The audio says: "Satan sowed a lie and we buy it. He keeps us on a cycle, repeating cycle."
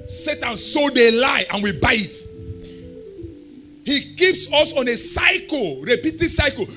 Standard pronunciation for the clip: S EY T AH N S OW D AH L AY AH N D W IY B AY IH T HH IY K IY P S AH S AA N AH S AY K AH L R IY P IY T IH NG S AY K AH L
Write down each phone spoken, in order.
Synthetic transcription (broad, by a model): S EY T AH N S OW D AH L AY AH N W IY B AY IH T HH IY K IY P S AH S AA N AH S AY K AH L R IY P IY T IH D S AY K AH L